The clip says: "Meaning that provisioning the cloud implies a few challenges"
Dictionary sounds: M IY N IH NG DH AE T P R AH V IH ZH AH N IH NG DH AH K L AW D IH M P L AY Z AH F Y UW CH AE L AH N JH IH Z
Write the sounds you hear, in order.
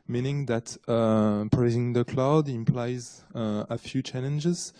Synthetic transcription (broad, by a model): M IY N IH NG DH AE T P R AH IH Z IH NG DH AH K L AW D IH M P L AY Z AH F Y UW CH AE L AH N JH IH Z